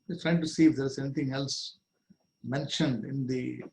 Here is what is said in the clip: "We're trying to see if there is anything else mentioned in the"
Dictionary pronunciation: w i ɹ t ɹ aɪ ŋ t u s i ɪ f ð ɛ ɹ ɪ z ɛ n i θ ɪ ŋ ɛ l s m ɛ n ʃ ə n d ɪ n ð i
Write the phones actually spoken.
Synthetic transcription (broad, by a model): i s t ɹ aɪ ŋ t u s i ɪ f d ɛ ɹ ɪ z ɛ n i t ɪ ŋ ɛ l s m ɛ n ʃ ə n d ɪ n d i